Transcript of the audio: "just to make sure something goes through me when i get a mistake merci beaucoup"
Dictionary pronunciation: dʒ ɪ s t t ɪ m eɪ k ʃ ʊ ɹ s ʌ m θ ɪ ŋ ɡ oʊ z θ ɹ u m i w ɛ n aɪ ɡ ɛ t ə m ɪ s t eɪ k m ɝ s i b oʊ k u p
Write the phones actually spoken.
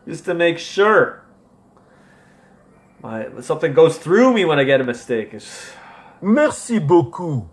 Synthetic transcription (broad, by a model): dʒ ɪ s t t ɪ m eɪ k ʃ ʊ ɹ s ʌ m θ ɪ ŋ ɡ oʊ z θ ɹ u m i w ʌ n aɪ ɡ ɛ t ə m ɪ s t eɪ k m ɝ s i b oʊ k u